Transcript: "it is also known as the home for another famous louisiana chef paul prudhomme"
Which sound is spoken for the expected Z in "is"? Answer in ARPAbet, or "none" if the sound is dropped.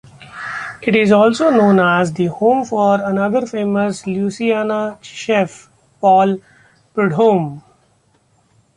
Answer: Z